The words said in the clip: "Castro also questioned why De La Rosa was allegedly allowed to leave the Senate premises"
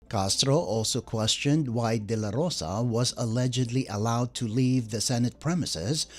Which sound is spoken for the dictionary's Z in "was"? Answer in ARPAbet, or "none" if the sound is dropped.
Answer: Z